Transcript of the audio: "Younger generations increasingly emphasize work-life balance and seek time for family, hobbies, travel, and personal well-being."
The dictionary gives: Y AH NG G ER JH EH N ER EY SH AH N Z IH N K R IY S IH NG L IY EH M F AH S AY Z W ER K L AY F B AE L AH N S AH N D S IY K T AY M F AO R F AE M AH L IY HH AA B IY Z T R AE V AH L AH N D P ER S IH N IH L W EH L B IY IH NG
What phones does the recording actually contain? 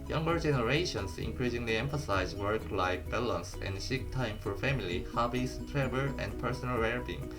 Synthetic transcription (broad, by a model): Y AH NG G ER JH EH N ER EY SH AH N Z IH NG K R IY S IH NG L IY EH M F AH S AY Z W ER K L AY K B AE L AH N S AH N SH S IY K T AY M F AO R F AE M AH L IY HH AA B IY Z T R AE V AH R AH N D P ER S IH N IH L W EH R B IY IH NG